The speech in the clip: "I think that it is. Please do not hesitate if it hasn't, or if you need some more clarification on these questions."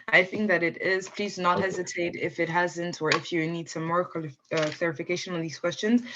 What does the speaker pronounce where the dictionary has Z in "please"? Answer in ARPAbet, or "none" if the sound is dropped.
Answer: Z